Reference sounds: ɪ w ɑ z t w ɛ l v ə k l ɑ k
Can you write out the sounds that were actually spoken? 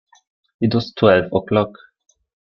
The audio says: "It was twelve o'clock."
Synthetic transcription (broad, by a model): ɪ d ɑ s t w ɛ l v ə k l ɑ k